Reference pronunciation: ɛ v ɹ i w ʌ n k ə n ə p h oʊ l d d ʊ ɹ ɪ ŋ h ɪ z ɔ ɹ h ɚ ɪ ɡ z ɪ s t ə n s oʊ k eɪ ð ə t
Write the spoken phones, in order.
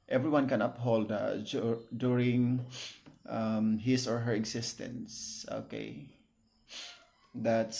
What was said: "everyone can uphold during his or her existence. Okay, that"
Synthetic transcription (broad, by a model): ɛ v ɹ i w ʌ n k ə n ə p h oʊ l d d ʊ ɹ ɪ ŋ h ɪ s ɔ ɹ h ɚ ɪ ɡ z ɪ s t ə n s oʊ k eɪ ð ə t